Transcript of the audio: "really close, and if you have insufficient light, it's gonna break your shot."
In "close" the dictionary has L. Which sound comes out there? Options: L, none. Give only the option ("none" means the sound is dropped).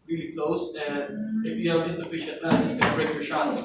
L